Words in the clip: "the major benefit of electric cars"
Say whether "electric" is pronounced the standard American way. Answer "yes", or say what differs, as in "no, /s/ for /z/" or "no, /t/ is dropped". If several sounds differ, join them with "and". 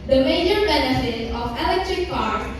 yes